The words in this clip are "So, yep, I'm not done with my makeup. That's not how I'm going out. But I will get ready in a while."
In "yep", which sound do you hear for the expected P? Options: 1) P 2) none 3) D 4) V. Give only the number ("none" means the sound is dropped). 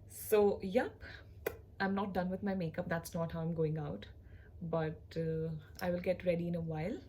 1